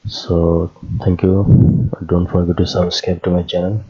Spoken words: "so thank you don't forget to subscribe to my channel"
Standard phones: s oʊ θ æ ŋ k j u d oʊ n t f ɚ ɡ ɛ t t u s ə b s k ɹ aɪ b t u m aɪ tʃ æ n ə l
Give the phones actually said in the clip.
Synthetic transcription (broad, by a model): s oʊ t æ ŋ k j u d oʊ n t f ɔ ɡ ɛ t t u s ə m s k aɪ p t u m aɪ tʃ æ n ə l